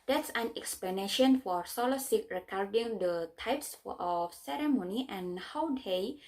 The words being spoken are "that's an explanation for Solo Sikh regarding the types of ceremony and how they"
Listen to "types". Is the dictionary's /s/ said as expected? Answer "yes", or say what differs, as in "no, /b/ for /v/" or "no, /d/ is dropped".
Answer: yes